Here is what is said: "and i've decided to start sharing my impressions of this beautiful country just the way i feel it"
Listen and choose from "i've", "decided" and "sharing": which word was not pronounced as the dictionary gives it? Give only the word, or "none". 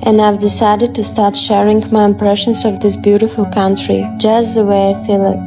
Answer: none